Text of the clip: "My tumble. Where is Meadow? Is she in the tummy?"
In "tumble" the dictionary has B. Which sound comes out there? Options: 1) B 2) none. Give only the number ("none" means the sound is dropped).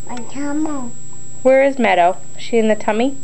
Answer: 2